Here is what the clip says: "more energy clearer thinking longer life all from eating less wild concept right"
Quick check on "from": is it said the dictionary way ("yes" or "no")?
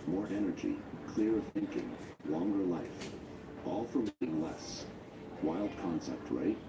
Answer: yes